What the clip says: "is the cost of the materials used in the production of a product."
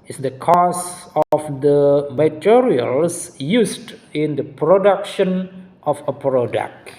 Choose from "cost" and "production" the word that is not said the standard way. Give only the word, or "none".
cost